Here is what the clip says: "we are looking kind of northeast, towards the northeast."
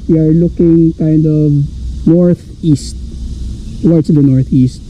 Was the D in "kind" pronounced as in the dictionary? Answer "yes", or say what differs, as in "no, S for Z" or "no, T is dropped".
yes